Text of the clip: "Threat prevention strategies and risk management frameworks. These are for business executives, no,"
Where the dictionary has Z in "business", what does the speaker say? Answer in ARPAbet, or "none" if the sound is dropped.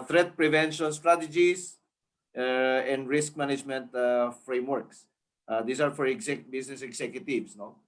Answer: S